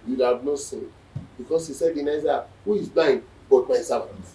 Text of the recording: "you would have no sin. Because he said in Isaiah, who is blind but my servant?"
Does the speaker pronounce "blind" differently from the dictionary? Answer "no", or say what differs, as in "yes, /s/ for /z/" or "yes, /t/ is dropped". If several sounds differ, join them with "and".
yes, /l/ is dropped